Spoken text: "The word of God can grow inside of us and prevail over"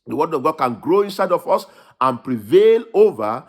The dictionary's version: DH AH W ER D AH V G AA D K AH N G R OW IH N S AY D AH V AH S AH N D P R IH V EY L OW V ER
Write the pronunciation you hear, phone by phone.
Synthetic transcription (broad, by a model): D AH W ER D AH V G AA D K AH N G R OW IH N S AY D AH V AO S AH N P R IH V EY L OW V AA